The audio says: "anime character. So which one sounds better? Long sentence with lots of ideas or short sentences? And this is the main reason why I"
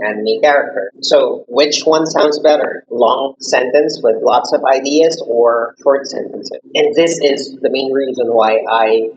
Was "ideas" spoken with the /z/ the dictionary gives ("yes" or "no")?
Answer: yes